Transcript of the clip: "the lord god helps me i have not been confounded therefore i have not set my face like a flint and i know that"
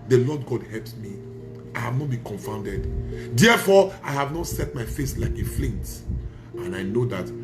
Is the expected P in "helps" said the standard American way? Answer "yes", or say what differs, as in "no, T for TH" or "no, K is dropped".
yes